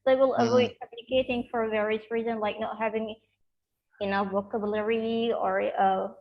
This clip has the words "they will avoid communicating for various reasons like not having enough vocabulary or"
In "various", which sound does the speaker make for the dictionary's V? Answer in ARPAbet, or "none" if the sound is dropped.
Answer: V